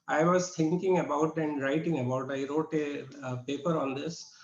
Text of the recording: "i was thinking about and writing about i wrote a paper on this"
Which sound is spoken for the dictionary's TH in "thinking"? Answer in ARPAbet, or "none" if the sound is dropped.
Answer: T